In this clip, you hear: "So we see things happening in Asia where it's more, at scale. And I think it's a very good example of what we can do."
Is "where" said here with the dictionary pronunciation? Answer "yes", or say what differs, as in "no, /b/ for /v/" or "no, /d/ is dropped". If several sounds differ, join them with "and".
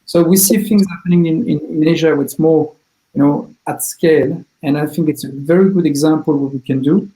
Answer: no, /w/ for /ɹ/